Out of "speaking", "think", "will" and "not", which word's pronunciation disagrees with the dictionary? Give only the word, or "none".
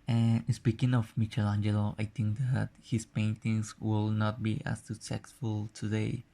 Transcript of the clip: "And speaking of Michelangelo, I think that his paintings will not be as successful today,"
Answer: think